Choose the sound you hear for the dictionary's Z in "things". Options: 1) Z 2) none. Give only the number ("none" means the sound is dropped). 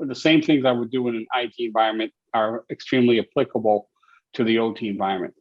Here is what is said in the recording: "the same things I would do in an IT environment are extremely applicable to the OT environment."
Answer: 1